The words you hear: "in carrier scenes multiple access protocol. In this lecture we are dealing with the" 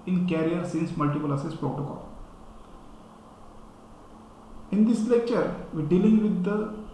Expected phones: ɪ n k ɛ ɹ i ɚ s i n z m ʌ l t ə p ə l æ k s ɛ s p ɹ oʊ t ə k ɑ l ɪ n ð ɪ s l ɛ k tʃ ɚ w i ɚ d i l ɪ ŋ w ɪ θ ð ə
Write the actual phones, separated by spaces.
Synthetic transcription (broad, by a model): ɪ n k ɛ ɹ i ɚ s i n s m ʌ l t ə p ə l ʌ s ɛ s p ɹ oʊ t ə k ɑ l ɪ n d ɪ s l ɛ k tʃ ɚ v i d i l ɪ ŋ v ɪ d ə